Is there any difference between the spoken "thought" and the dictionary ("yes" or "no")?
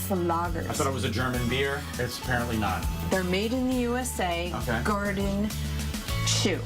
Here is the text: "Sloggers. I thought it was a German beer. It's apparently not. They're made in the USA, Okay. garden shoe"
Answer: yes